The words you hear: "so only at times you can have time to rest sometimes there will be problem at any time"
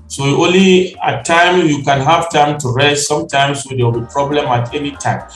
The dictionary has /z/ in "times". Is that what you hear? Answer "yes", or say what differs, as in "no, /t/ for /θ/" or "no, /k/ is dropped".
no, /z/ is dropped